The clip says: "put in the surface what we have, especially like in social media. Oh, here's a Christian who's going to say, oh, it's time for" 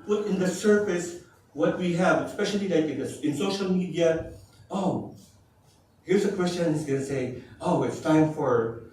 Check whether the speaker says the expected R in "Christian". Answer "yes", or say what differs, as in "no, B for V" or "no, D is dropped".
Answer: no, W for R